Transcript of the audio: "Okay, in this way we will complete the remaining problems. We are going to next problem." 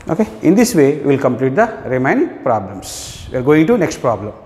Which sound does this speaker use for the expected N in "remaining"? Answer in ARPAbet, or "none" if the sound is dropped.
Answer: none